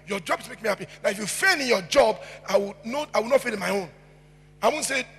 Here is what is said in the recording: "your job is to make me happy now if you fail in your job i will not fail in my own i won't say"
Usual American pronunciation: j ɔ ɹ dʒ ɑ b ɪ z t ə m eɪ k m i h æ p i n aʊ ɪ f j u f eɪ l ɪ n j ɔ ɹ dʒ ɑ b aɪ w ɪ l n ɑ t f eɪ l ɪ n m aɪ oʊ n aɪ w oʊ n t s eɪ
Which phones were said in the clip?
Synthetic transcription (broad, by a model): j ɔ dʒ ɑ b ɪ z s m eɪ k m i h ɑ p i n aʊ ɪ f j u f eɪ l ɪ n j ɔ dʒ ɑ b aɪ w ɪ w n ɑ t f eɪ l ɪ n m aɪ oʊ n aɪ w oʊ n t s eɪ